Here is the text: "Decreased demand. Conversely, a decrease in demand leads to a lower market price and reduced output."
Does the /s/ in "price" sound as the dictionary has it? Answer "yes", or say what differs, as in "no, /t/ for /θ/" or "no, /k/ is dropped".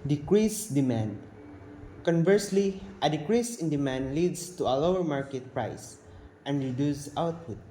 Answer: yes